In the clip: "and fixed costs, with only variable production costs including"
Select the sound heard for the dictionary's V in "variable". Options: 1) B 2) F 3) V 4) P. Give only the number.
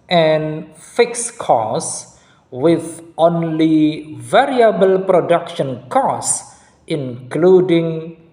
3